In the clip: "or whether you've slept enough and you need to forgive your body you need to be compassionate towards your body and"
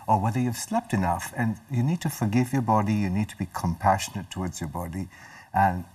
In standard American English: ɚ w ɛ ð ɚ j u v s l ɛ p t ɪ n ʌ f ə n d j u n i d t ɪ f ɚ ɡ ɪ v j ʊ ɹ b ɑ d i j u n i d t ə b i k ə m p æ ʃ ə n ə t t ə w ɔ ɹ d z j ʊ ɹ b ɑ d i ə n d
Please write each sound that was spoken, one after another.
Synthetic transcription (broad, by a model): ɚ w ɛ ð ɚ j u v s l ɛ p t ɪ n ʌ f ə n j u n i d t ɪ f ɚ ɡ ɪ v j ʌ ɹ b ɑ d i j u n i d t ə b i k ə m p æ ʃ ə n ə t t ə w ɔ ɹ d z j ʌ ɹ b ɑ d i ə n